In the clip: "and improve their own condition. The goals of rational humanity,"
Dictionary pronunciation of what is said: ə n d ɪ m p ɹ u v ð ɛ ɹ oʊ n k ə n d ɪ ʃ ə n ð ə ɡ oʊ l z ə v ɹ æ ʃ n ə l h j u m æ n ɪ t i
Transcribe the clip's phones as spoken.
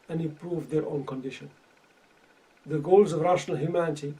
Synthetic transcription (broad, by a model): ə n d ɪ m p ɹ u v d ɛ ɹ oʊ n k ə n d ɪ ʃ ə n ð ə ɡ oʊ l z ə v ɹ æ ʃ n ə l h j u m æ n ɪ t i